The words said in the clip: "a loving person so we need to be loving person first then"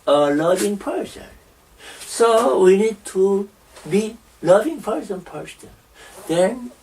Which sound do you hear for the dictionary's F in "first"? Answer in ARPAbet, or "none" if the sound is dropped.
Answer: P